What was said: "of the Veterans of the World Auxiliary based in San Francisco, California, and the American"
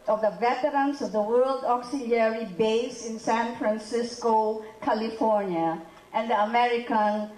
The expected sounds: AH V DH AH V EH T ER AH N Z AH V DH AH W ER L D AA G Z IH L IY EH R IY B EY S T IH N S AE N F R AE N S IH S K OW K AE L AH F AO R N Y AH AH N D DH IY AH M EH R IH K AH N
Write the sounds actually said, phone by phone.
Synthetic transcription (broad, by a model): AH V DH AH V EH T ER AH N S AH V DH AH W ER L D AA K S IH L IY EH R IY B EY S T IH N S AE N F R AE N S IH S K OW K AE L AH F AO R N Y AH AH N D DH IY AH M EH R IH K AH N